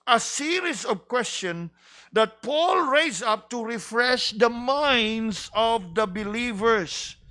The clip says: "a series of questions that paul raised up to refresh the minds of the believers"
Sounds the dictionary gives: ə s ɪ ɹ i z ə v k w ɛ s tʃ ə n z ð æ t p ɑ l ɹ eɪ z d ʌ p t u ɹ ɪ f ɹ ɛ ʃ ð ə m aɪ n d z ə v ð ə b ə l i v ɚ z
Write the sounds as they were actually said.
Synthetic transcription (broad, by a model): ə s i ɹ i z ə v k w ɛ s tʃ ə n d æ t p ɑ l ɹ eɪ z ʌ p t u ɹ ɪ f ɹ ɛ ʃ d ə m aɪ n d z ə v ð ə b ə l i v ɚ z